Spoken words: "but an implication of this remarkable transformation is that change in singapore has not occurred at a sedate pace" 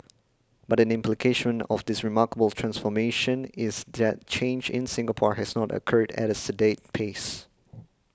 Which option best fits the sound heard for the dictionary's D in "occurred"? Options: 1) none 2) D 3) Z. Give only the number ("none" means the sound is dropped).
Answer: 2